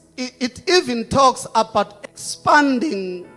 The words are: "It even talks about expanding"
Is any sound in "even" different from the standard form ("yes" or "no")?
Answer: no